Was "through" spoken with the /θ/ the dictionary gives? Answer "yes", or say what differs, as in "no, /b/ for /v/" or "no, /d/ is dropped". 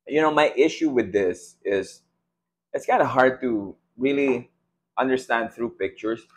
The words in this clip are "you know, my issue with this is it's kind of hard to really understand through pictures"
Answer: yes